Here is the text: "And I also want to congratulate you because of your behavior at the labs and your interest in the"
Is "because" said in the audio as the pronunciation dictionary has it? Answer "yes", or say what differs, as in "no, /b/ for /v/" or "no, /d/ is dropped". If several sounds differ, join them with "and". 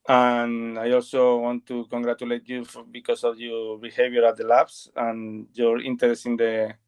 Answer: no, /s/ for /z/